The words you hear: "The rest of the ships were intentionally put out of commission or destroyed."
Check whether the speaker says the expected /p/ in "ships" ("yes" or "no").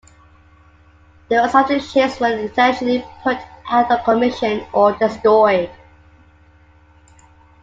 no